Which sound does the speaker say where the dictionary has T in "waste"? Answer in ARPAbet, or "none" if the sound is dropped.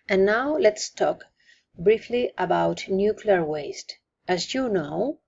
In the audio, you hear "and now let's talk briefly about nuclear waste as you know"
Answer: T